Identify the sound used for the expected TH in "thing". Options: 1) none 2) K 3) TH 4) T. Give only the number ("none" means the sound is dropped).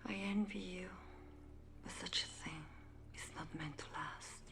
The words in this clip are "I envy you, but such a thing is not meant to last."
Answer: 3